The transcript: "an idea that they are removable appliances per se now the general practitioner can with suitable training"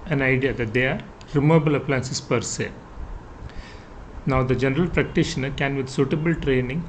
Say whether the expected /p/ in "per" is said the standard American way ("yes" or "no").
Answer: yes